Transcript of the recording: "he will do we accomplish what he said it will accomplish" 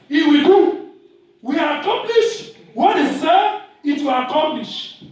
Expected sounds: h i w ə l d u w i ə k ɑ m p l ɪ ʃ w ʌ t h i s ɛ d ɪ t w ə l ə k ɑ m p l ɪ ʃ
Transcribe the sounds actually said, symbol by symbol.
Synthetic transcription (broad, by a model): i w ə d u w i ə k ɑ m p l ɪ ʃ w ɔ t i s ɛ ɪ t w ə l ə k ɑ m p l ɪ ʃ